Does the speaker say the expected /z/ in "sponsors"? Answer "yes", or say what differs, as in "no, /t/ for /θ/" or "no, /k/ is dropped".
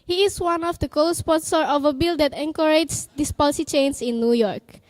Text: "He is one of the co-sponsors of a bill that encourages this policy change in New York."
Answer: no, /z/ is dropped